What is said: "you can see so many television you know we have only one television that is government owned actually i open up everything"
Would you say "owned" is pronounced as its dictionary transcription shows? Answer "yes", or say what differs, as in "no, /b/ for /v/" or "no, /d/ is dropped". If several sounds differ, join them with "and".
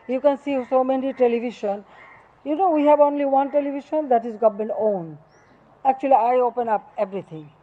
no, /d/ is dropped